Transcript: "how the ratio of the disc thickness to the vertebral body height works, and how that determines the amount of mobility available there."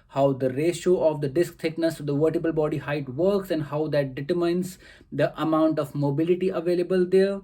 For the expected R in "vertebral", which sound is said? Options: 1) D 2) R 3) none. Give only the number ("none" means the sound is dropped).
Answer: 3